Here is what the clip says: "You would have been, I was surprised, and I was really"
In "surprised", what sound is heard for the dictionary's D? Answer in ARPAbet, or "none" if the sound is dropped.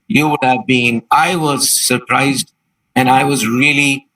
D